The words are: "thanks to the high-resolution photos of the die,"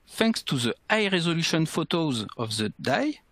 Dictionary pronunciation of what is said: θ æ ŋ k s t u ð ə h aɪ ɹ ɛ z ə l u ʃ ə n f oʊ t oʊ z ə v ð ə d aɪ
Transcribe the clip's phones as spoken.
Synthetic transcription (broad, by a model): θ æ ŋ k s t u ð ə aɪ ɹ ɛ z ə l u ʃ ə n f oʊ t oʊ z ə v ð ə d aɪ